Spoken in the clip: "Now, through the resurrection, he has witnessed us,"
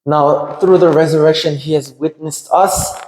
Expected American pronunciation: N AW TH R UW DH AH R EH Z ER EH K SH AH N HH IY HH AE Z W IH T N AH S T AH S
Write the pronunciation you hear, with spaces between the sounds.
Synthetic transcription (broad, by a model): N AW TH R UW DH AH R EH Z ER EH K SH AH N HH IY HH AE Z W IH T N AH S T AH S